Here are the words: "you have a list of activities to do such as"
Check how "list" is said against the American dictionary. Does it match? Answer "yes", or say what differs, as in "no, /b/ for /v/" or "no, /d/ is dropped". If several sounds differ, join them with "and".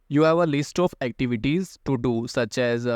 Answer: yes